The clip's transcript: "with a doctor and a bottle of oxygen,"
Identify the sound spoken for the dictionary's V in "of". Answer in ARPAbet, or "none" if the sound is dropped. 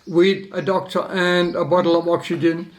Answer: V